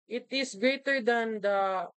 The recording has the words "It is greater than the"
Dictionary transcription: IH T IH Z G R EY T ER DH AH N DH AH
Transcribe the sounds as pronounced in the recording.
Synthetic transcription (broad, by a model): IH T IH S G R EY T ER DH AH N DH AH